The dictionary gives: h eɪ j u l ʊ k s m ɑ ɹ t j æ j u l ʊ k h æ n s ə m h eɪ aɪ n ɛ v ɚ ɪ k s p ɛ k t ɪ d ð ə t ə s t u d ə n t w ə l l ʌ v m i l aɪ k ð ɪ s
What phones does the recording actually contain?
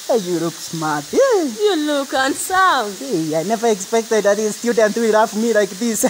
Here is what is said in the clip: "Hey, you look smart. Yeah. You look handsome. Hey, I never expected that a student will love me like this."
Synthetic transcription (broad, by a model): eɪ j u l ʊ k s m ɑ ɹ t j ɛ j u l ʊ k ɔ n s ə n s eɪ aɪ n ɛ v ɚ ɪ k s p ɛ k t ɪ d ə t ə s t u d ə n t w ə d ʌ f m i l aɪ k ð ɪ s